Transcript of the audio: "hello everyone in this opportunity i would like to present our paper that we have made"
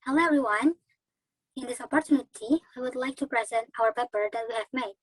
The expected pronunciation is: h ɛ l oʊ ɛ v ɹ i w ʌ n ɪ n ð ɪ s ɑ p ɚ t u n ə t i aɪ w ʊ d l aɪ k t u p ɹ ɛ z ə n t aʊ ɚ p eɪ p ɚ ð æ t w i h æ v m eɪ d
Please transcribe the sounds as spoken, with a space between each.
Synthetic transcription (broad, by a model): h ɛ l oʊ ɛ v ɹ i w ʌ n ɪ n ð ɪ s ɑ p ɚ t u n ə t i aɪ w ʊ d l aɪ k t u p ɹ ɛ z ə n t aʊ ɚ p eɪ p ɚ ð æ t w i h æ v m eɪ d